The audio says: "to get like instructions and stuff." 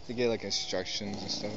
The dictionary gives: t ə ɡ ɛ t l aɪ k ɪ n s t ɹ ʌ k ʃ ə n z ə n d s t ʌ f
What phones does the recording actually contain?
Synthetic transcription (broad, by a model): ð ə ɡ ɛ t l aɪ k ɪ n s t ɹ ʌ k ʃ ə n z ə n s t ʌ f